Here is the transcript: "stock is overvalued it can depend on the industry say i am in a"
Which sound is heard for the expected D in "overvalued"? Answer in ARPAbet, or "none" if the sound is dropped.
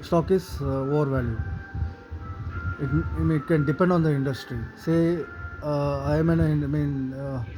none